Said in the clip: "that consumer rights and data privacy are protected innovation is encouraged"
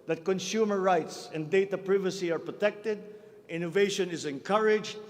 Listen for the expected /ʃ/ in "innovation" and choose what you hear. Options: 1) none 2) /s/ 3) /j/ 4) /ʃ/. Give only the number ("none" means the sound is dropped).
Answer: 4